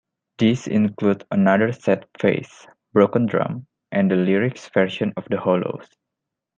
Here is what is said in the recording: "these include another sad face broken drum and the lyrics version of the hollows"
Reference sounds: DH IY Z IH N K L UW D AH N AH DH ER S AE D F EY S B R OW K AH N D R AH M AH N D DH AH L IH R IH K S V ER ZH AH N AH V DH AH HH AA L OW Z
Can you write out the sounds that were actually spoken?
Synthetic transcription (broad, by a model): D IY S IH N K L UW D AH N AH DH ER S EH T F EY S B R OW K AH N D R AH M AH N D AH L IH R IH K S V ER SH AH N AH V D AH HH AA L OW S